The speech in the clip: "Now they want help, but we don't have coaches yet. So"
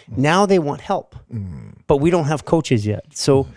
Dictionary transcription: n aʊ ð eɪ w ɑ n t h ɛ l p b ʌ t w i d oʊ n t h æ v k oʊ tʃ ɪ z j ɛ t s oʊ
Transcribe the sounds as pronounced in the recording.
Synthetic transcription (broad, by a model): n aʊ ð eɪ w ɑ n t h ɛ l p b ʌ t w i d oʊ n t h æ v k oʊ tʃ ɪ z j ɛ t s oʊ